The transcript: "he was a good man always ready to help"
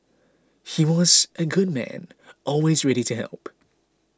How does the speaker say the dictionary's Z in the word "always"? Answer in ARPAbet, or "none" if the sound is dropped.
Z